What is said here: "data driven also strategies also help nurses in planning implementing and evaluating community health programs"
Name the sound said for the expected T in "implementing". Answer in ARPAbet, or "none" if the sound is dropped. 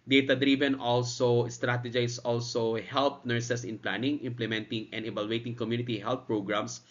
T